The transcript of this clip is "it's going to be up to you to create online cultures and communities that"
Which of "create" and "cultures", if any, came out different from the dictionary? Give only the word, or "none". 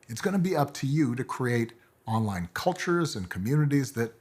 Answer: none